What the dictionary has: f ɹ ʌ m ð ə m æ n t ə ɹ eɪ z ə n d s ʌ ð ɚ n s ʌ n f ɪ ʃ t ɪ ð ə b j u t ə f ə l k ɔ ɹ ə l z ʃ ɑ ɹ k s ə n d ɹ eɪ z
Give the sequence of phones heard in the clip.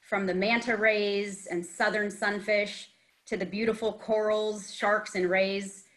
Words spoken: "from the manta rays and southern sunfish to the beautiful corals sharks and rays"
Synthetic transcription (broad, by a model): f ɹ ʌ m ð ə m æ n t ə ɹ eɪ z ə n s ʌ ð ɚ n s ʌ n f ɪ ʃ t ɪ ð ə b j u t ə f l k ɔ ɹ l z ʃ ɑ ɹ k s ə n ɹ eɪ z